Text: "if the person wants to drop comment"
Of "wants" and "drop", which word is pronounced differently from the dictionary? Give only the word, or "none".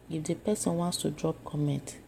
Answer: none